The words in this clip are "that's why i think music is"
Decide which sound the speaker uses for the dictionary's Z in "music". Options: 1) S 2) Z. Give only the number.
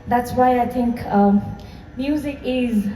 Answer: 2